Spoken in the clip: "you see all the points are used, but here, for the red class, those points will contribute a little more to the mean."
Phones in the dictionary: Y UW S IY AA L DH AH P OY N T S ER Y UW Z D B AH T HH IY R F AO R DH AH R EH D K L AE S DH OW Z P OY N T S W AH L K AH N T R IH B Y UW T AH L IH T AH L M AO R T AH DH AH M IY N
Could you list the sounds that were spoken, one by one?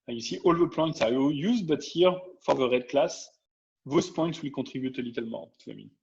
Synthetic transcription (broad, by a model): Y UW S IY AA L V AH P OY N T S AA Y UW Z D B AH T HH IY R F AO R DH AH R EH D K L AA S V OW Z P OY N T S W AH L K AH T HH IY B Y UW T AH L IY T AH L M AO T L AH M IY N